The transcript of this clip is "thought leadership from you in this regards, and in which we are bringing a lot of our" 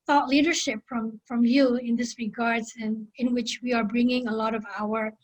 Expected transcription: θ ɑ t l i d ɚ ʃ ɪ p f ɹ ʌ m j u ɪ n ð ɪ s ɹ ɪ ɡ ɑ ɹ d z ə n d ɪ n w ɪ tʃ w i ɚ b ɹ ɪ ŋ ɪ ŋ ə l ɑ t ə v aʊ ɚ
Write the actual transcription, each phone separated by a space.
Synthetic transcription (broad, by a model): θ ɑ t l i d ɚ ʃ ɪ p f ɹ ʌ m j u ɪ n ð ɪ s ɹ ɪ ɡ ɑ ɹ d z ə n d ɪ n w ɪ tʃ w i ɚ b ɹ ɪ ŋ ɪ ŋ ə l ɑ t ə v aʊ ɚ